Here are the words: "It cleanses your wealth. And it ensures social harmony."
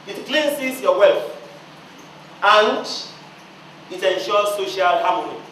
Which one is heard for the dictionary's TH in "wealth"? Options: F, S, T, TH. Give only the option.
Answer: F